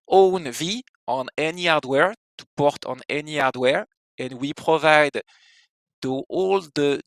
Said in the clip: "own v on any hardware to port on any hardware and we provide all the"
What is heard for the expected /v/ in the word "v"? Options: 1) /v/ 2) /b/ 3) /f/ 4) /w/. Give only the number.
1